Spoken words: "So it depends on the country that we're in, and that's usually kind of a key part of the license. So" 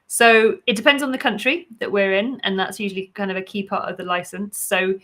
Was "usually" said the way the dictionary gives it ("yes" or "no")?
yes